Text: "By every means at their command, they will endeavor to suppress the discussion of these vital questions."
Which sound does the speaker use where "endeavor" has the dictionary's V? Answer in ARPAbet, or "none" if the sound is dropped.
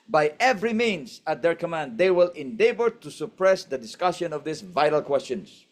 B